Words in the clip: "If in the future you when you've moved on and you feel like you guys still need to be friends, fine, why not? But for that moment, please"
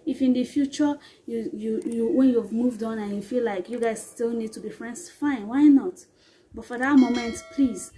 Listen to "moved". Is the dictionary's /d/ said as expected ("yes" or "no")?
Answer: yes